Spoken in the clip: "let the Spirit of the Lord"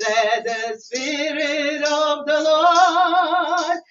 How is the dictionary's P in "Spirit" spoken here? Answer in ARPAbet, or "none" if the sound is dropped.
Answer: P